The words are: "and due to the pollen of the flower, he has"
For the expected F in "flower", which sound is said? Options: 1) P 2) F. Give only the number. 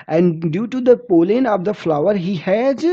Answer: 2